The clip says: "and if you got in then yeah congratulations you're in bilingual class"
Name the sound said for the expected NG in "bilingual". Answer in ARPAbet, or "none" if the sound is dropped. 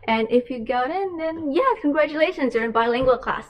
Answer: NG